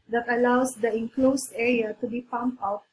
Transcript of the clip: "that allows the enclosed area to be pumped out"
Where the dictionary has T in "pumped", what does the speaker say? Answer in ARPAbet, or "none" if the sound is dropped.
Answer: none